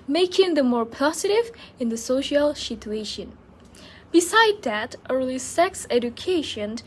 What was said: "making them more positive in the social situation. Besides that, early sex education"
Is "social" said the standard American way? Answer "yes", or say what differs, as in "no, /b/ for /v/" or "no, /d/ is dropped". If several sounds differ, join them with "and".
yes